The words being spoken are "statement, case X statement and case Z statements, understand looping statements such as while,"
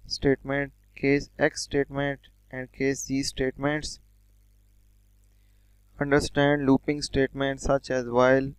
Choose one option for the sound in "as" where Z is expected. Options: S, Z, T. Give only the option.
Z